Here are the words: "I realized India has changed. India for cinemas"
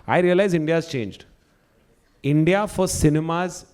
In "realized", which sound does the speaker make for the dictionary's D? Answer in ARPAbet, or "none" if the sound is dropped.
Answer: none